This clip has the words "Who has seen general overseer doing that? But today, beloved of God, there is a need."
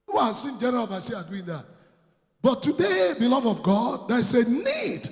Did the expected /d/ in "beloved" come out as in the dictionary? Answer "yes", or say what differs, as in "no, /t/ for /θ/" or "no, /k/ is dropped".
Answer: no, /d/ is dropped